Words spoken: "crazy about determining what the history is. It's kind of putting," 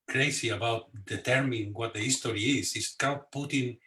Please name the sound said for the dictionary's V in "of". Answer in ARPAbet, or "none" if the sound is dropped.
W